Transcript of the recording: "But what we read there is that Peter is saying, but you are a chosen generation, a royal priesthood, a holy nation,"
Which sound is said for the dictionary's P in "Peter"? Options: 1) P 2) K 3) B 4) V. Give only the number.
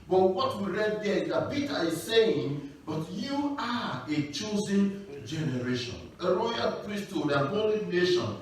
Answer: 3